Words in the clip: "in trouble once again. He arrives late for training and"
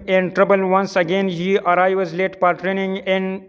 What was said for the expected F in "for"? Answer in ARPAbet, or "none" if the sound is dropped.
P